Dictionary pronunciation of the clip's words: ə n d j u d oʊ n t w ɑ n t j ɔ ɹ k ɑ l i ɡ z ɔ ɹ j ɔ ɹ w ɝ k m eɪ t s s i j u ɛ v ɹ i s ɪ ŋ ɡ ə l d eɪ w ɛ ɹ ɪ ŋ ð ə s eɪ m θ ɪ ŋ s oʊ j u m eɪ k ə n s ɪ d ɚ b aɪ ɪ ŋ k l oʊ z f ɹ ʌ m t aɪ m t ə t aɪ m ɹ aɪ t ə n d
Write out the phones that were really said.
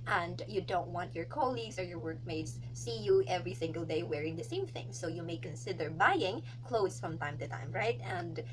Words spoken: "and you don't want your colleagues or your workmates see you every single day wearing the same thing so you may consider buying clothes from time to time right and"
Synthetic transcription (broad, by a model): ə n d j u d oʊ n t w ɑ n t j ɔ ɹ k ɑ l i ɡ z ɔ ɹ j ɔ ɹ w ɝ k m eɪ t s s i j u ɛ v ɹ i s ɪ ŋ ɡ ə l d eɪ w ɛ ɹ ɪ ŋ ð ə s eɪ m θ ɪ ŋ s oʊ j u m eɪ k ə n s ɪ d ɚ b aɪ ɪ ŋ k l oʊ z f ɹ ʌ m t aɪ m t ə t aɪ m ɹ aɪ t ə n d